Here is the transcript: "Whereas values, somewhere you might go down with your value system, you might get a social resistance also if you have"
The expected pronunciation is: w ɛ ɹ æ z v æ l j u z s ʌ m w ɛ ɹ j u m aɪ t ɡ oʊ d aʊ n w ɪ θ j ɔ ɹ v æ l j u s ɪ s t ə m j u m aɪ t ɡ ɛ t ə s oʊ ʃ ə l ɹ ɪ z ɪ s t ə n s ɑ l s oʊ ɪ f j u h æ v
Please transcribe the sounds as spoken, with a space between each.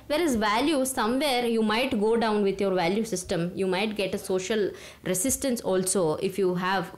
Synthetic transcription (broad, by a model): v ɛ ɹ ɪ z v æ l j u s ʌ m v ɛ ɹ j u m aɪ t ɡ oʊ d aʊ n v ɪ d j ɔ ɹ v æ l j u s ɪ s t ə m j u m aɪ t ɡ ɛ t ə s oʊ ʃ ə l ɹ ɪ s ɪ s t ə n s ɑ l s oʊ ɪ f j u h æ v